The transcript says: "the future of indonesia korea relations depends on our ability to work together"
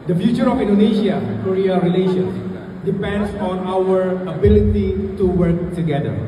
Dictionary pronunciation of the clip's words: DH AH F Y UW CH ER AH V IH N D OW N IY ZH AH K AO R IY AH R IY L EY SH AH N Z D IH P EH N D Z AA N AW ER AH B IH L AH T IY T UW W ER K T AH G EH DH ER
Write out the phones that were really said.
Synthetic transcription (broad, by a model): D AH F Y UW CH ER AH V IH N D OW N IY SH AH K AO R IY AH R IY L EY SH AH N S D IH P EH N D S AA N AW ER AH B IH L AH T IY T UW W ER K T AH G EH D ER